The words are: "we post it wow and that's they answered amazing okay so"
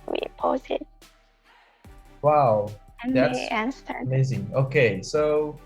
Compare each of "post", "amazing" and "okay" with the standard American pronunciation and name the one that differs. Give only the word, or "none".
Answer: post